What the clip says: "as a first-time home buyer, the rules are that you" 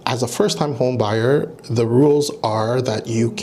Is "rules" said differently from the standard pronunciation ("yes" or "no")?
no